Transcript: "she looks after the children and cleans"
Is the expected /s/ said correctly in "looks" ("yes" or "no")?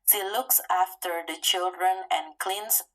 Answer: yes